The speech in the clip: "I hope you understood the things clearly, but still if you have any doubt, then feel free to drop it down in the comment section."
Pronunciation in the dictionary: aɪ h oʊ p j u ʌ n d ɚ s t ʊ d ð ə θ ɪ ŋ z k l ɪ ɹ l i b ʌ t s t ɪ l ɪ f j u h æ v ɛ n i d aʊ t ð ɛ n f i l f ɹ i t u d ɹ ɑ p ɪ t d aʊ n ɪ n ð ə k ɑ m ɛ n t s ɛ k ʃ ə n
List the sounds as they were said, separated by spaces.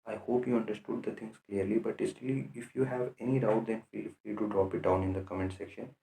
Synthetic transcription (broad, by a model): aɪ h oʊ p j u ʌ n d ɚ s t ʊ d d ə t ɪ ŋ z k l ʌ ɹ l i b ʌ t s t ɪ l ɪ f j u h æ v ɛ n i d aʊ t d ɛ n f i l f l i t u d ɹ ɑ p ɪ t d aʊ n ɪ n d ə k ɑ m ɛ n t s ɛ k ʃ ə n